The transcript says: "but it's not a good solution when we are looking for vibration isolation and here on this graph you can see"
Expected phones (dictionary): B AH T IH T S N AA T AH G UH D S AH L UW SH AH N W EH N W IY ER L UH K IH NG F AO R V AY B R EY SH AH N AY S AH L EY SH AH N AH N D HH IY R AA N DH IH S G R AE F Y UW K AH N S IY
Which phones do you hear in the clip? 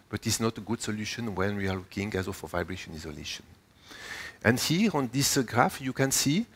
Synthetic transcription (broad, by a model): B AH T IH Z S N AA T AH G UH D S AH L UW SH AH N W EH N W IY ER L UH K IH NG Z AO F V AY B R EY SH AH N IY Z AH L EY SH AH N AH N D HH IY R AA N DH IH S G R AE F Y UW K AH N S IY